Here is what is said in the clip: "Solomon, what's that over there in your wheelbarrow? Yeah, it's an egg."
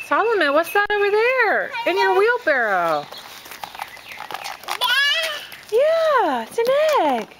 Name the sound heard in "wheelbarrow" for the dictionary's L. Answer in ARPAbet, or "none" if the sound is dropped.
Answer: L